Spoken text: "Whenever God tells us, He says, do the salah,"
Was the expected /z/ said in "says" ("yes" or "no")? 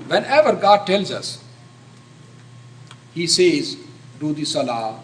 yes